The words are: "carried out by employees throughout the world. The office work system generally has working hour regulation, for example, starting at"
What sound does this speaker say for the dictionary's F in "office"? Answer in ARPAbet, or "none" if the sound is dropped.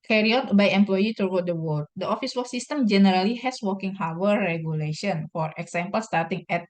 F